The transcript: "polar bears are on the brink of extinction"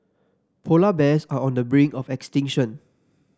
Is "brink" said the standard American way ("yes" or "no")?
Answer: no